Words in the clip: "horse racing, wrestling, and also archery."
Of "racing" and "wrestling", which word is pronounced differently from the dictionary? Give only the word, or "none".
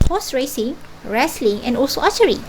none